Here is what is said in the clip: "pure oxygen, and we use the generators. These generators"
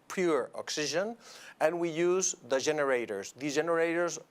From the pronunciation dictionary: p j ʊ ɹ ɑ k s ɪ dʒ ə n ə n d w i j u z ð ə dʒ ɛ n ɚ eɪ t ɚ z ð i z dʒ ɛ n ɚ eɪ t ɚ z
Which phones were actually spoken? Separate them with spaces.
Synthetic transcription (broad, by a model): p j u ɹ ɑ k s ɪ ʒ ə n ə n w i j u z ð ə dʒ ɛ n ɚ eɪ t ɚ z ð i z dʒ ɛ n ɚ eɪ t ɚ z